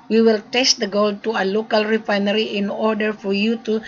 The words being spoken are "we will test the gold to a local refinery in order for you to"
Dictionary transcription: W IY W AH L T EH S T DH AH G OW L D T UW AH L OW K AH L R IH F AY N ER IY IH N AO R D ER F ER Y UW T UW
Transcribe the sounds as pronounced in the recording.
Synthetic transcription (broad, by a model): W IY W AH L T EH S T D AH G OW L T UW AH L OW K AH L R IH F AY N ER IY IH N AO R D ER F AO Y UW T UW